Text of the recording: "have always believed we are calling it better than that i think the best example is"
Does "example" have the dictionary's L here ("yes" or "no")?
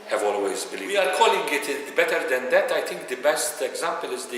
yes